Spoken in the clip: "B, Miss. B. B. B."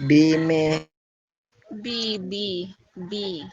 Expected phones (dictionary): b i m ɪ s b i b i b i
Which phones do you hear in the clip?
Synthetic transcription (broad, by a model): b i m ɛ b i b i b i